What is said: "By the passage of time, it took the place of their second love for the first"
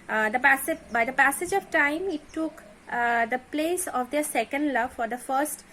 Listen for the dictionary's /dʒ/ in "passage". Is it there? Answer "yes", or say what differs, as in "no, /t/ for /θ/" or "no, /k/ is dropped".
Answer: yes